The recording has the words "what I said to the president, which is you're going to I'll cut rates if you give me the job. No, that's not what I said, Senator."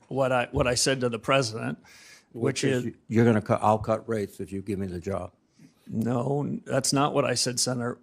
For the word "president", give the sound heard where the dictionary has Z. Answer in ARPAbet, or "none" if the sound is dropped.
Z